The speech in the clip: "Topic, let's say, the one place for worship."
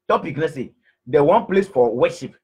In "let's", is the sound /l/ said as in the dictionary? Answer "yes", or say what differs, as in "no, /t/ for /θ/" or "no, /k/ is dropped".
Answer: no, /n/ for /l/